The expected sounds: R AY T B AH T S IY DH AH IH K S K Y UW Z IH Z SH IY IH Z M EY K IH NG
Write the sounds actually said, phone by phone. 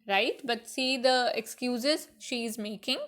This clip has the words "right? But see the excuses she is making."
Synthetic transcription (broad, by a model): R AY T B AH T S IY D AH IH K S K Y UW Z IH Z SH IY IH Z M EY K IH NG